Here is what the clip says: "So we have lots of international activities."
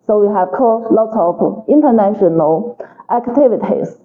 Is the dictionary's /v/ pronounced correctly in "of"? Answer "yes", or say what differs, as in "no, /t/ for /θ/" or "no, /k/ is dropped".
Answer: no, /p/ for /v/